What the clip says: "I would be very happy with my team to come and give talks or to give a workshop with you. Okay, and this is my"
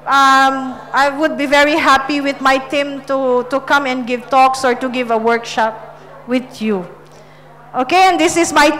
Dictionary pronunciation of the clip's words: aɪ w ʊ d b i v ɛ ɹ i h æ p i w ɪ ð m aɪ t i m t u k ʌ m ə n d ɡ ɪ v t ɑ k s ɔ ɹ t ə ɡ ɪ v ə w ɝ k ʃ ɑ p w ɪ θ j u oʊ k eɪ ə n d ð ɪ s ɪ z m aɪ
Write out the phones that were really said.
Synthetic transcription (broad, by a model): aɪ w ʊ d b i v ɛ ɹ i h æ p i w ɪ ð m aɪ t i m t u k ʌ m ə n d ɡ ɪ v t ɑ k s ɔ ɹ t ə ɡ ɪ v ə w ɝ k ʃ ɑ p w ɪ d j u oʊ k eɪ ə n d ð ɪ s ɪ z m aɪ